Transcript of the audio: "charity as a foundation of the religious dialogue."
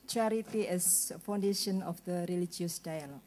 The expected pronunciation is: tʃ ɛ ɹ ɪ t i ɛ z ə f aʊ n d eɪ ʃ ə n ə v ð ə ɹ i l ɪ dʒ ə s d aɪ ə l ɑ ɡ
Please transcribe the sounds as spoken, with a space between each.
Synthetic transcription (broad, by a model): tʃ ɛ ɹ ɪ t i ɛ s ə f aʊ n d eɪ ʃ ə n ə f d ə ɹ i l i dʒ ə s d aɪ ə l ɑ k